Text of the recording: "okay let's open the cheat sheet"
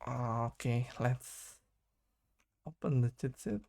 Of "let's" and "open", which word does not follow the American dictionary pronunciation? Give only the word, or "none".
none